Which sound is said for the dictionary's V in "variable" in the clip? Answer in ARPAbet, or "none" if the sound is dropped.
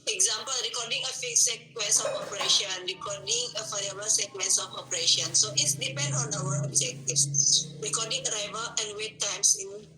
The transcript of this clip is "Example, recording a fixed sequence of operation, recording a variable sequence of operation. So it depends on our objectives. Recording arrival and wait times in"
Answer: F